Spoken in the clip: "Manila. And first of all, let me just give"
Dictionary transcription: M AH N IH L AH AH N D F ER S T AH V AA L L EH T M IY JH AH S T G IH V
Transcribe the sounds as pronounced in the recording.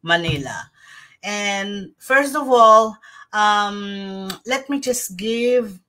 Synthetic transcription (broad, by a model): M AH N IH L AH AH N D F ER S T AH V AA L L EH T M IY JH AH S T G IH V